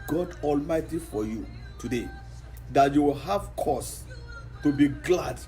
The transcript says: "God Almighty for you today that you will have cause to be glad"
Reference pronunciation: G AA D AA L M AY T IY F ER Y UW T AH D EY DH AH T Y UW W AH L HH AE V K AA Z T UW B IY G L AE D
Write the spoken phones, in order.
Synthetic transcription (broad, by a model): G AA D AA L M AY T IY F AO Y UW T AH D EY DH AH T Y UW W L HH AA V K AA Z T UW B IY G L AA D